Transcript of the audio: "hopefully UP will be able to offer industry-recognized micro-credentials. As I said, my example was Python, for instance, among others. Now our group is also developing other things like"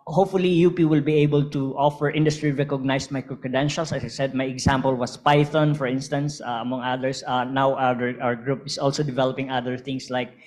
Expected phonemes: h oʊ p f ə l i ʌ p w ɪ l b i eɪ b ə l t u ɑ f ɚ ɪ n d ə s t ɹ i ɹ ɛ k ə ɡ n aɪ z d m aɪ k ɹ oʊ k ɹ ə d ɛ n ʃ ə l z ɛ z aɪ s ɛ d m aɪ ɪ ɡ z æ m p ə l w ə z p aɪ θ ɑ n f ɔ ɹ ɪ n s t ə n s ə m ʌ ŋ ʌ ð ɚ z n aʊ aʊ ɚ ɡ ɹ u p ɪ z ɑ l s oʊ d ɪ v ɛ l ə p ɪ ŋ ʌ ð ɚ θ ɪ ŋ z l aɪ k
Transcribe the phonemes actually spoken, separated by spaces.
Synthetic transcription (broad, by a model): h oʊ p f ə l i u p w ɪ l b i eɪ b ə l t u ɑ f ɚ ɪ n d ə s t ɹ i ɹ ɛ k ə ɡ n aɪ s m aɪ k ɹ oʊ k ə d ɛ n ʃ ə l s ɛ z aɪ s ɛ d m aɪ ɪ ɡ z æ m p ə l w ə s p aɪ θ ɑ n f ɔ ɹ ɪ n s t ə n s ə m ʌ ŋ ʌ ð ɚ s n aʊ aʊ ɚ ɡ ɹ u p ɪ s ɑ l s oʊ d ɪ v ɛ l ə p ɪ ŋ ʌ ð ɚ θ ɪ ŋ s l aɪ k